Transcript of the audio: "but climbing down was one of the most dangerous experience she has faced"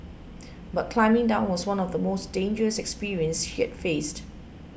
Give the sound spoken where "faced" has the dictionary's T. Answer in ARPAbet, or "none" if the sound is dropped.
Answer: T